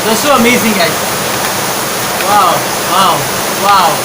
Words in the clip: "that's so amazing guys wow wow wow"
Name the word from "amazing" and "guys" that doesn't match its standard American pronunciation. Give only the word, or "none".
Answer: guys